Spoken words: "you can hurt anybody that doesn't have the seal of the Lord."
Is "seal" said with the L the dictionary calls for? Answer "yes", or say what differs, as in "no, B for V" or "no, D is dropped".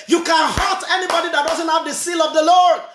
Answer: yes